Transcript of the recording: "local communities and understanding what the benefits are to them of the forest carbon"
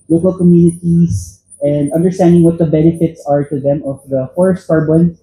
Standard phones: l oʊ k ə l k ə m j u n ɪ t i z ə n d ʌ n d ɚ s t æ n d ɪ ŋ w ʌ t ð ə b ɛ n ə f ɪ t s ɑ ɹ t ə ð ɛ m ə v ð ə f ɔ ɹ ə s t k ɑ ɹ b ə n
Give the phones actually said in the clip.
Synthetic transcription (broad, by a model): l oʊ k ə l k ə m j u n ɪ t i s ə n d ʌ n d ɚ s t æ n d ɪ ŋ w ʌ t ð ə b ɛ n ə f ɪ t s ɑ ɹ t ə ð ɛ m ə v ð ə f ɔ ɹ ə s t k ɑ ɹ b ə n